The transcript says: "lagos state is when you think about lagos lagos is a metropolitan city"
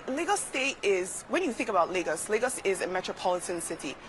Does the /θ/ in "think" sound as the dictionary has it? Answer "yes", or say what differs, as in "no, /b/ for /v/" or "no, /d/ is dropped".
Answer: yes